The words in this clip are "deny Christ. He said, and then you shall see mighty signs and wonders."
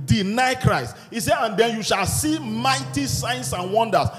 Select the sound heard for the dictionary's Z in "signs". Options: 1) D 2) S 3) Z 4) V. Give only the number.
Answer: 2